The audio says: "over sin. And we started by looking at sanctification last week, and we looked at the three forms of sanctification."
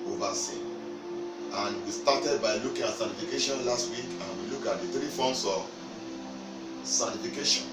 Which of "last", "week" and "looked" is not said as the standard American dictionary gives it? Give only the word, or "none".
looked